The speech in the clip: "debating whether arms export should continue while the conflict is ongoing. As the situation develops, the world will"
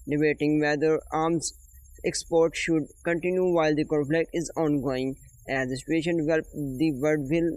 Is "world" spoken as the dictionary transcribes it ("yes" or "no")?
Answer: no